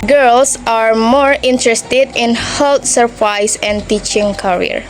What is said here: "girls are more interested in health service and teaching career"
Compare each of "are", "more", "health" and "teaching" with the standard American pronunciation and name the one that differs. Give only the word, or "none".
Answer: health